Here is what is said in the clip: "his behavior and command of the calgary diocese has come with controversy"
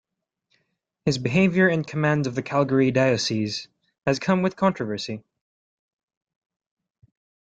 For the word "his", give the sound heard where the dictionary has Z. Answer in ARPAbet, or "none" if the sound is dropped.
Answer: Z